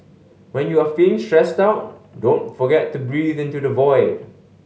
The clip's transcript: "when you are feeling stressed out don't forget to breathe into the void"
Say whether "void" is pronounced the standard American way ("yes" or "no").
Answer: yes